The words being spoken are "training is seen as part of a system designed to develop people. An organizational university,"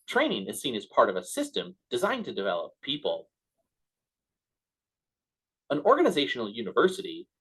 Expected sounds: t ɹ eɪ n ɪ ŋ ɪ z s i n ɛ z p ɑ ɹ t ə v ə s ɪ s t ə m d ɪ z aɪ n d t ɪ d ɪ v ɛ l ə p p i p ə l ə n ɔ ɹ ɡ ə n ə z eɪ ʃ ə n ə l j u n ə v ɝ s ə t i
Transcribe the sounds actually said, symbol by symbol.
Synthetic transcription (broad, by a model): t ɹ eɪ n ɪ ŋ ɪ z s i n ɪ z p ɑ ɹ t ə v ə s ɪ s t ə m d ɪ z aɪ n t ɪ d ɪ v ɛ l ə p p i p ə l ə n ɔ ɹ ɡ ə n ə z eɪ ʃ n l j u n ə v ɝ s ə t i